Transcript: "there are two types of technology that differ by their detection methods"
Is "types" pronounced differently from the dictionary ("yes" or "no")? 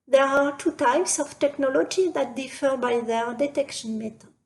no